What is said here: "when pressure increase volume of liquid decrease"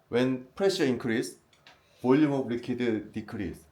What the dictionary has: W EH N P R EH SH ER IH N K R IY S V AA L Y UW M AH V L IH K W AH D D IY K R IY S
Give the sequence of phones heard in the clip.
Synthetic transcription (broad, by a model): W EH N P R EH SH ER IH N K R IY S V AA L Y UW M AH B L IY K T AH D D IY K R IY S